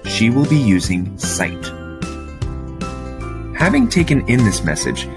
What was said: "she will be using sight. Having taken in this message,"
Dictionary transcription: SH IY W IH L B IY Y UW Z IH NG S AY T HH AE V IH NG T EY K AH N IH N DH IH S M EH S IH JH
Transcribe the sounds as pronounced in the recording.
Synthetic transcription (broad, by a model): SH IY W IH L B IY Y UW Z IH NG S AY T HH AE V IH NG T EY K AH N IH N DH IH S M EH S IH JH